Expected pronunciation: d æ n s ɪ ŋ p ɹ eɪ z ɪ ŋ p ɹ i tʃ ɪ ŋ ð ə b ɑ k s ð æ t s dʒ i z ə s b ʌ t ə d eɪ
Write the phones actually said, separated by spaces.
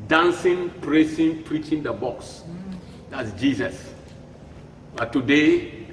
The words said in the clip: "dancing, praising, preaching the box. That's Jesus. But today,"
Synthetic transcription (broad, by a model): d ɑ n s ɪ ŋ p ɹ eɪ s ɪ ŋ p ɹ i tʃ ɪ ŋ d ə b ɑ k s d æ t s dʒ i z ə s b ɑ t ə d eɪ